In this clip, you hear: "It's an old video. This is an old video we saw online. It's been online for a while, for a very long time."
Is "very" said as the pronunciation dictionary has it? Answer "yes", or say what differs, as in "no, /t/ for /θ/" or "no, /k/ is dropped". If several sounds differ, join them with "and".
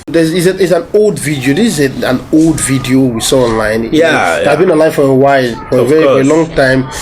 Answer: no, /f/ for /v/